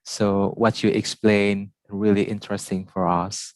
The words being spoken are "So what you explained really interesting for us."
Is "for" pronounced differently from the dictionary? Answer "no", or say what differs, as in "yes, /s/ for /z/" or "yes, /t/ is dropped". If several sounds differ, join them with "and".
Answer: no